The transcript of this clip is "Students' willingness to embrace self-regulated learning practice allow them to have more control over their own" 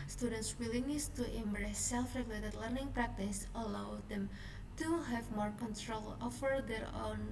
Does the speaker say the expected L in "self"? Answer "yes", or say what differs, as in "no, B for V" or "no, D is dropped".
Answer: yes